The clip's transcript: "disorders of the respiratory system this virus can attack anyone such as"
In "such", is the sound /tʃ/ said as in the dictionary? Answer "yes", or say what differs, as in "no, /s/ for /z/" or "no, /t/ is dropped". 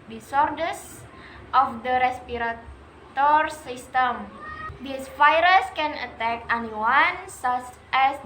no, /s/ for /tʃ/